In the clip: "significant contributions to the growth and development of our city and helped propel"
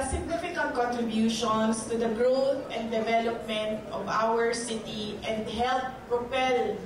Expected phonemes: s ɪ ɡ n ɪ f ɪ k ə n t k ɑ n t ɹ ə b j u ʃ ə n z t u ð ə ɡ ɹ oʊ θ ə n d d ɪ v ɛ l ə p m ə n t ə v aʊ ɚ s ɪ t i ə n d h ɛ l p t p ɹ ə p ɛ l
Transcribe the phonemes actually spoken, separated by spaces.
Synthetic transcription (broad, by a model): s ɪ ɡ n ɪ f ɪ k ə n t k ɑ n t ɹ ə b j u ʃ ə n s t u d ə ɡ ɹ oʊ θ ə n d d ɪ v ɛ l ə p m ə n t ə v aʊ ɚ s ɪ t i ə n d h ɛ l t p ɹ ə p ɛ l